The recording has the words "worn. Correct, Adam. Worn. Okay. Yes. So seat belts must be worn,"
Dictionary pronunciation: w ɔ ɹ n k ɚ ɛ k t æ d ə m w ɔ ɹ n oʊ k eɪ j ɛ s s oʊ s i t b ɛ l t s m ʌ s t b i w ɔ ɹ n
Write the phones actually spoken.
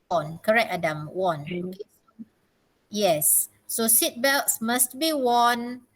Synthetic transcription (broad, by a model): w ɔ n k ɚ ɛ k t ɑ d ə m w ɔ n oʊ k eɪ j ɛ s s oʊ s i t b ɛ l t s m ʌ s t b i w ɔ n